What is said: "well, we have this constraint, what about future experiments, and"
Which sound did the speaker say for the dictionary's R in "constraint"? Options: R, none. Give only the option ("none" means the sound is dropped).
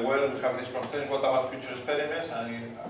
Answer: none